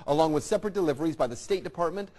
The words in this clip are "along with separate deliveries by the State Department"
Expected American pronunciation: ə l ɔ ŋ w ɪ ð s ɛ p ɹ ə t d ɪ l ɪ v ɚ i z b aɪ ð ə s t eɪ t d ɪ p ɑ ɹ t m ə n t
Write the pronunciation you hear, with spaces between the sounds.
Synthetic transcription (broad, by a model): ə l ɔ ŋ w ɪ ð s ɛ p ɹ ə t d ɪ l ɪ v ɚ i z b aɪ ð ə s t eɪ t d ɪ p ɑ ɹ t m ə n t